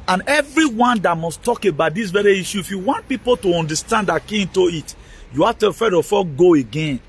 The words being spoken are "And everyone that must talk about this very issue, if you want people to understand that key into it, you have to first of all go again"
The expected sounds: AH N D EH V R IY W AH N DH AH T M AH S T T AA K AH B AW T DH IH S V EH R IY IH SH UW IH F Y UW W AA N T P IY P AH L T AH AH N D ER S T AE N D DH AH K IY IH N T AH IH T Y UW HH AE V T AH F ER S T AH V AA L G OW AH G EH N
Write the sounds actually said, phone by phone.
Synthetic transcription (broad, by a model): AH N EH V R IY W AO N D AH T M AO S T T AA K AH B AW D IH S V EH R IY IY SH UW IH F Y UW W AA N T P IY P AH L T AH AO N D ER S T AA N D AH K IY IH N T AH IH T Y UW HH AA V T AH F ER T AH F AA G OW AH G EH N